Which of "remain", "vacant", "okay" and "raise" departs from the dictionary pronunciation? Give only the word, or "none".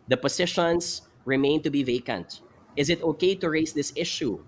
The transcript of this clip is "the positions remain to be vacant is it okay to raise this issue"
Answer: raise